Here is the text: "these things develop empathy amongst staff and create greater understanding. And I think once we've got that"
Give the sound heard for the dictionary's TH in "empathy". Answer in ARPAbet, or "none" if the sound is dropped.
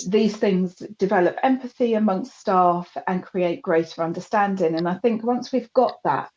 TH